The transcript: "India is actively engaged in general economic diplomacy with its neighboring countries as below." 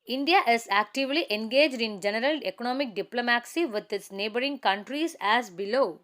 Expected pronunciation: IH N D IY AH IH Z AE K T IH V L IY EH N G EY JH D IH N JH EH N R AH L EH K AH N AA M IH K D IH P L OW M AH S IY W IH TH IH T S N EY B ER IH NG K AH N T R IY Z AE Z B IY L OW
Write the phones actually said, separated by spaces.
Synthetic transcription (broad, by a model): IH N D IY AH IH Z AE K T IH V L IY EH N G EY JH D IH N JH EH N R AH L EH K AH N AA M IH K D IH P L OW M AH S IY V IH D IH T S N EY B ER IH NG K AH N T R IY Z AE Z B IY L OW